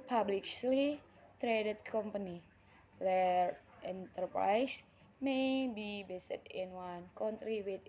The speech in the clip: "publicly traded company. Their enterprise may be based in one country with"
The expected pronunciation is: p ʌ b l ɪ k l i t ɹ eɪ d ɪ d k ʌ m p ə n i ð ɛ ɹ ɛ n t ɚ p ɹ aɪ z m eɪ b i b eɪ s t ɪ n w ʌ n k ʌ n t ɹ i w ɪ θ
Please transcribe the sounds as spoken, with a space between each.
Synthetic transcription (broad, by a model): p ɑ b l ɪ k l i t ɹ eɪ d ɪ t k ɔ m p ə n i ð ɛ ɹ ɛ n t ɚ p ɹ aɪ s m eɪ b i b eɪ s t ɪ n w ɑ n k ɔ n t ɹ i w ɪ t